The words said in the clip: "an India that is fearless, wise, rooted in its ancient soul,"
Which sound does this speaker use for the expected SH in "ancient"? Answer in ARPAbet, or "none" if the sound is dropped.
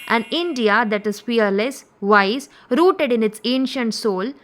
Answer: SH